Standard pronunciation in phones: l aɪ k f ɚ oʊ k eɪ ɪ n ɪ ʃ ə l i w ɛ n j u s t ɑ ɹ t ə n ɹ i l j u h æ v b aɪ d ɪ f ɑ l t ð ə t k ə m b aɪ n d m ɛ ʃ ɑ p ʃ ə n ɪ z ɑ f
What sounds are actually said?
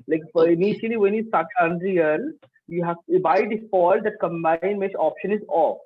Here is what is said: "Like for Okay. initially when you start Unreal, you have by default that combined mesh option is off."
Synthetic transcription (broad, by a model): l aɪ k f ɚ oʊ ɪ n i ʃ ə l i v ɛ n j u s t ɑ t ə n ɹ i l j u h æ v b aɪ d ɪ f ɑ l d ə t k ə m b aɪ n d m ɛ s ɑ p ʃ ə n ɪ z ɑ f